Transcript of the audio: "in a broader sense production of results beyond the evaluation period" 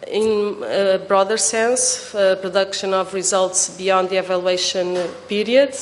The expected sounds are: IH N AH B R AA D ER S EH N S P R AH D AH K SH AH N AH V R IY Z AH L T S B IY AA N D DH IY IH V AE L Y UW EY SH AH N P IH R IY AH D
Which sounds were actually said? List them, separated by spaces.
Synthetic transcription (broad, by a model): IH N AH B R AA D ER S EH N S P R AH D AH K SH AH N AH V R IY Z AH L T S B IY AA N D DH IY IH V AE L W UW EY SH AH N P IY R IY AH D